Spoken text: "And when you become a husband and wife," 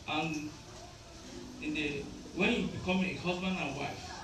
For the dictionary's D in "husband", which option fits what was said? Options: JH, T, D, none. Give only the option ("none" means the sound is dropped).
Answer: none